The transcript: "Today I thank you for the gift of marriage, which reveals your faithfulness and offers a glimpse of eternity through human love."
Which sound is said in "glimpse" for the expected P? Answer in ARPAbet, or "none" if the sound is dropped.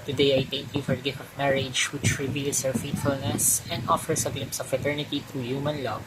P